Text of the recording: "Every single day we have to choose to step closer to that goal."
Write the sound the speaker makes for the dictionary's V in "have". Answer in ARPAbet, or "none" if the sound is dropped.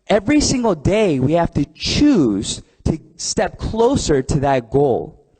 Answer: F